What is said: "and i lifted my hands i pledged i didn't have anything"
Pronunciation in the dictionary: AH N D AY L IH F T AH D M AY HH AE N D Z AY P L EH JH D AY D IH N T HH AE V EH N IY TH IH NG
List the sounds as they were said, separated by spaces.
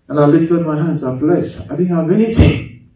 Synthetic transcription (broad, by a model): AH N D AY L IH F T AH D M AY HH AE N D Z AY F L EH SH AY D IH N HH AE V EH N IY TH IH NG